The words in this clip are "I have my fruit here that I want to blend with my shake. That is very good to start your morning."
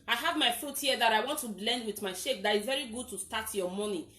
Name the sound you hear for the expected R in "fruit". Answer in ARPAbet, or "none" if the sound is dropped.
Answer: none